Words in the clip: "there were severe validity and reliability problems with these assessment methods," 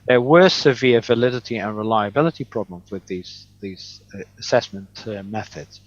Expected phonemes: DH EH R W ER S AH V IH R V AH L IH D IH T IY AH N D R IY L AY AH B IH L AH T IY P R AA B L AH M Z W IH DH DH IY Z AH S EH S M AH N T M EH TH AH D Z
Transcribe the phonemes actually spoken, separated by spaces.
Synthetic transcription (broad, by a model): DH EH W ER S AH V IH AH V AH L IH D IH T IY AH N R IY L AY AH B IH L AH T IY P R AA B L AH M Z W IH DH DH IY Z AH S EH S M AH N T M EH TH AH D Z